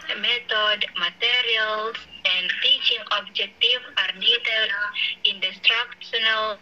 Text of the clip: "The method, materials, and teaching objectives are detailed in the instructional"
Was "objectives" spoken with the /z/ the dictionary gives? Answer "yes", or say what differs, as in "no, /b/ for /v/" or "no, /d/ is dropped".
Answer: no, /z/ is dropped